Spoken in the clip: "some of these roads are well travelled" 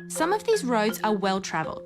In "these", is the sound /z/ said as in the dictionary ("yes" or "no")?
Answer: yes